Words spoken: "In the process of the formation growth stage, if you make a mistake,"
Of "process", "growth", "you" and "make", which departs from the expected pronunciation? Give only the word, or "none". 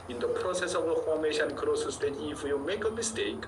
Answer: growth